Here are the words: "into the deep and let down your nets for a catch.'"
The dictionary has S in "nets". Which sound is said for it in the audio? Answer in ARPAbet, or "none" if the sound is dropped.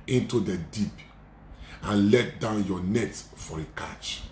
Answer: none